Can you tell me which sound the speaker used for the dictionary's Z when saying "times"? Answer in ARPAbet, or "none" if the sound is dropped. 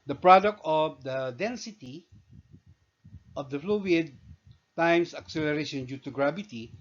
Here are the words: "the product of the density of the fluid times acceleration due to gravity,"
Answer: S